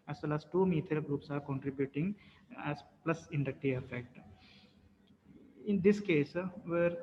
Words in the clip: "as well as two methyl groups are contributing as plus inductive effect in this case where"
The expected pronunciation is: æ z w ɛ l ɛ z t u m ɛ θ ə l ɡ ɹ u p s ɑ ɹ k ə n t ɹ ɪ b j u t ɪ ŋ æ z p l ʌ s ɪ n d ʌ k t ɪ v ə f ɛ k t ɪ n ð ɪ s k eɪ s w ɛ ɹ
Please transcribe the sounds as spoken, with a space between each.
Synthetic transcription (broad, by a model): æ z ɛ l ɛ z t u m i t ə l ɡ ɹ u p s ɑ ɹ k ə n t ɹ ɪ b j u t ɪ ŋ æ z p l ʌ s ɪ n d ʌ k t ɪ ə f ɛ k t ɪ n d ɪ s k eɪ s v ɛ ɹ